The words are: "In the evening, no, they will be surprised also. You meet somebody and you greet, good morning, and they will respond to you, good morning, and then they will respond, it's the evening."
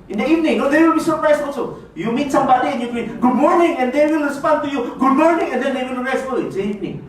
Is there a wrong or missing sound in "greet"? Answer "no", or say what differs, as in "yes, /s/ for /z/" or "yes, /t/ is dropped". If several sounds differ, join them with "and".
yes, /ɹ/ is dropped